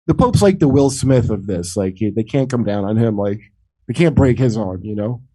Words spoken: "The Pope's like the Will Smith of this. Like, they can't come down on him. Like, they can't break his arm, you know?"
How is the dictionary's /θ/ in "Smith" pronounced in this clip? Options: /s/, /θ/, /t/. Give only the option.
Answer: /θ/